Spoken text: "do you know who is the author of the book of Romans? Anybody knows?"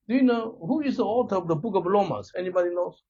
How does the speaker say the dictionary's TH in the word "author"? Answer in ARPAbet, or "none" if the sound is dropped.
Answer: T